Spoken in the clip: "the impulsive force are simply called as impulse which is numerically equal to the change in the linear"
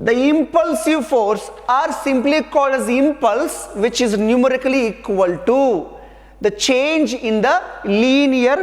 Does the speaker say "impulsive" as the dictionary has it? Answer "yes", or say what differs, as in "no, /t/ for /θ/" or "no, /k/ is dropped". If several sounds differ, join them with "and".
yes